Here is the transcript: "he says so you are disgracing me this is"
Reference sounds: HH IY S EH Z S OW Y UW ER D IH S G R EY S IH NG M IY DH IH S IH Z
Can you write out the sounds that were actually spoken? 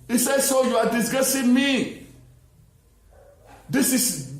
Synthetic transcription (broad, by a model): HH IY S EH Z S OW Y UW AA D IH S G EY S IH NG M IY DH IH S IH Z